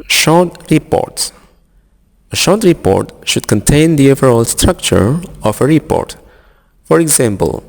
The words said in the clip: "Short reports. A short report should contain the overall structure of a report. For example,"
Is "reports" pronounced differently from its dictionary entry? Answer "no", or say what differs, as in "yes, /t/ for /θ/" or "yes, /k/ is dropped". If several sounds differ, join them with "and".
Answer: no